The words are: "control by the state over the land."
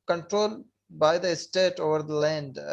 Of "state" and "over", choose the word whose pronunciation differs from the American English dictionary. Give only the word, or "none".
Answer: none